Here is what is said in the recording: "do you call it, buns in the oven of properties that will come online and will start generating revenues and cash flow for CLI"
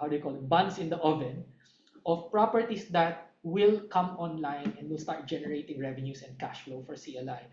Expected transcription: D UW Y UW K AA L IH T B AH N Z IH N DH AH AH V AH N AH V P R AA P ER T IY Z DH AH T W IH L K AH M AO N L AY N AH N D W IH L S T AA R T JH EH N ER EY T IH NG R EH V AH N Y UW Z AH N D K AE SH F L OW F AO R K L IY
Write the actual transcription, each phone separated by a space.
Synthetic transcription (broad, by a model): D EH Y K AA L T B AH N S IH N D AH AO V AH N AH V P R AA P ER T IY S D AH T W IH L K AH M AO N L AY N AH N D W IH L S T AA R T JH EH N ER EY T IH NG R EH V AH N Y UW S AH N D K AE SH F L OW F AO R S L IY